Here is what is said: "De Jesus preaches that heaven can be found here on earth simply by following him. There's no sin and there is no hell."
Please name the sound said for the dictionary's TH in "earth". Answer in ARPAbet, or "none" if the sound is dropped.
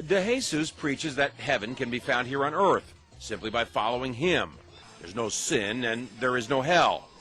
TH